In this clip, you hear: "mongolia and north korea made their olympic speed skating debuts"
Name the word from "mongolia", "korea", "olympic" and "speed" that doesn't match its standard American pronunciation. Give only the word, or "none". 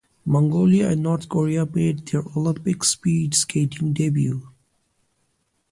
none